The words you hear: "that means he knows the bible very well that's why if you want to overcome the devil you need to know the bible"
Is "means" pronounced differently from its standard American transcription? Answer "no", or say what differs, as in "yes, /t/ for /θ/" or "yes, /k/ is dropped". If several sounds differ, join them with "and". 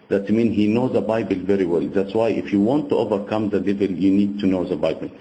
yes, /z/ is dropped